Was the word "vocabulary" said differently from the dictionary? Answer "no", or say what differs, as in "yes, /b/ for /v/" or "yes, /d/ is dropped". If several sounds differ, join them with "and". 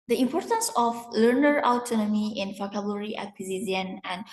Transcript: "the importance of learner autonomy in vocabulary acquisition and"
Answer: yes, /f/ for /v/